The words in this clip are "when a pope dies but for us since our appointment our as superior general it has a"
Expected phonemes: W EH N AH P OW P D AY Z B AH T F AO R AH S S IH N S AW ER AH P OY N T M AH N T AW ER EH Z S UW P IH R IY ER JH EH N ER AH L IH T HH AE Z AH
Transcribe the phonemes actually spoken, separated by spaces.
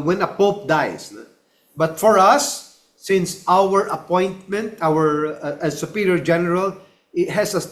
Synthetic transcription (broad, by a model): W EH N AH P OW P D AY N B AH T F AO R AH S S IH N S AW ER AH P OY N T M AH N T AW ER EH S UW P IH R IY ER JH EH N ER AH L IH T HH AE S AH